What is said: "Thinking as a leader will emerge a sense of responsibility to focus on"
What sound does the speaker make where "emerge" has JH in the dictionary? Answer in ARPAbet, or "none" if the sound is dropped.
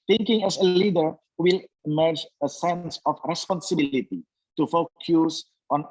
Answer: JH